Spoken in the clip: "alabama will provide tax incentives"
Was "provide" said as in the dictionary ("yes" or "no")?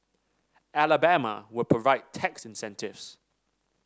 no